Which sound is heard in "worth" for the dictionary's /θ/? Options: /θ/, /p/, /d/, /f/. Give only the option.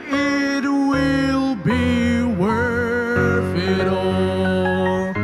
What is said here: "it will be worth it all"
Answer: /f/